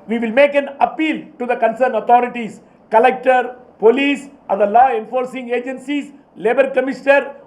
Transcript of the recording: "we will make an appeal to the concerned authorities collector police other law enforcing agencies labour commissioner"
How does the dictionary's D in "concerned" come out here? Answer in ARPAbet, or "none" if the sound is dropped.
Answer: none